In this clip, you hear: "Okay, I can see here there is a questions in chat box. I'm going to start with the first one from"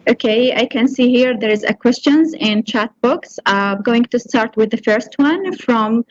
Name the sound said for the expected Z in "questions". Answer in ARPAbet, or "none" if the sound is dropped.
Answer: Z